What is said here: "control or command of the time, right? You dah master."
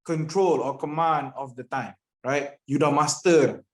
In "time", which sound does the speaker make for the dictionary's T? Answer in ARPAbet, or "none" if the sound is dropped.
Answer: T